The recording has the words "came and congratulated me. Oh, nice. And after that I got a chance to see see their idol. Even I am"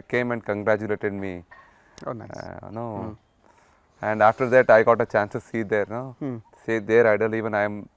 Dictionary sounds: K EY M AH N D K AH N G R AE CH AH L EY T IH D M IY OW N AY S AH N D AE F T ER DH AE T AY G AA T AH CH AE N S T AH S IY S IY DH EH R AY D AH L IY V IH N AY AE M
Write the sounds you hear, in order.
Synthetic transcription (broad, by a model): K EY M AH N D K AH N G R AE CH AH L EY T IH D M IY OW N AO AH N D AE F T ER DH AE T AY G AA T AH CH AE N S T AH S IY S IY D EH R AY D AH L IY V IH N AY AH M